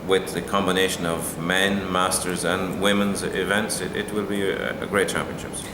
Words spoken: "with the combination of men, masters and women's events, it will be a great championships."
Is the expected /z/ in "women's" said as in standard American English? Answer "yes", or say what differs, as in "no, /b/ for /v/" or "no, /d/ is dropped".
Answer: yes